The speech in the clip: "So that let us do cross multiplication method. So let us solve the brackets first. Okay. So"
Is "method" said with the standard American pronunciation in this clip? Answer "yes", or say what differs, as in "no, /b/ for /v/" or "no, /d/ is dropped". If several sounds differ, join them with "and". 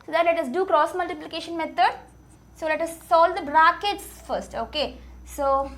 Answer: no, /t/ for /θ/